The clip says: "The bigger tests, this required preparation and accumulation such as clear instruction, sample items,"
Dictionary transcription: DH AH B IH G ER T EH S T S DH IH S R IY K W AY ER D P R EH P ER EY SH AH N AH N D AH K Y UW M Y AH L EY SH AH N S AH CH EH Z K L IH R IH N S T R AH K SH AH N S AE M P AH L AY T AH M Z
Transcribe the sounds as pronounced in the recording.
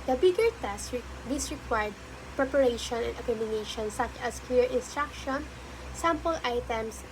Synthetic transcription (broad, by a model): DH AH B IH G ER T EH S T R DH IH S R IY K W AY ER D P R EH P ER EY SH AH N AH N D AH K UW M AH N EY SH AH N S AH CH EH S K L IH R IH N S T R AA K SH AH N S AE M P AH L AY T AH M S